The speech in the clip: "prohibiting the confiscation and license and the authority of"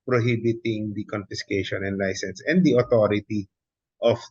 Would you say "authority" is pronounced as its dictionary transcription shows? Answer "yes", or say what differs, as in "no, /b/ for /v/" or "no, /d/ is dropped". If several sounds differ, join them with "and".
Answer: no, /t/ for /θ/